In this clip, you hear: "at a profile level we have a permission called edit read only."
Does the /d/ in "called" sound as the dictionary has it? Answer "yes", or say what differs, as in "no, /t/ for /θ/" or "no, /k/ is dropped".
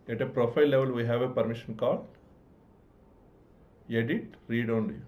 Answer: no, /d/ is dropped